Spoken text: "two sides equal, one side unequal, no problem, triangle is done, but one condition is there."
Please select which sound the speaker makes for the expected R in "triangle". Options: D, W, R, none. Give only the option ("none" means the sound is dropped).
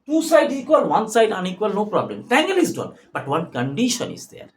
none